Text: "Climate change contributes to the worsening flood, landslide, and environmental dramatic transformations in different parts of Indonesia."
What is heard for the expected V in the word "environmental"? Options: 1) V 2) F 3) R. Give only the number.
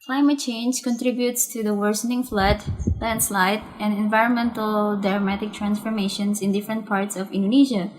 1